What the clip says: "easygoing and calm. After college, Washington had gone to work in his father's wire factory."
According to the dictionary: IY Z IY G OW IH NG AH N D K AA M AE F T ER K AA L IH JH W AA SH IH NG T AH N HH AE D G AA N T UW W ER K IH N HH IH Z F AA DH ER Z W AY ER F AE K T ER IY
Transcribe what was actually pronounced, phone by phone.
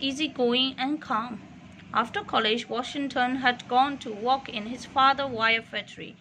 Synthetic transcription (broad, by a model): IY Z IY G OW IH NG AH N K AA M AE F T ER K AA L IH JH W AA SH IH NG T AH N HH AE D G AA N T UW W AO K IH N HH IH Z F AA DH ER W AY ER F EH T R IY